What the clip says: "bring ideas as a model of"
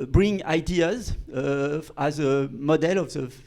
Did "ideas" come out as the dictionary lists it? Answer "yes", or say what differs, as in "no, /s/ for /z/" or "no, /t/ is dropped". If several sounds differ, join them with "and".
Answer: yes